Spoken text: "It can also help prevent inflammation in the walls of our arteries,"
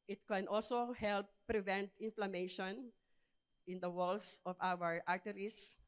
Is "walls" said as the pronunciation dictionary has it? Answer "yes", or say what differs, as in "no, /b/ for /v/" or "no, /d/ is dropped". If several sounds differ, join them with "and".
no, /s/ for /z/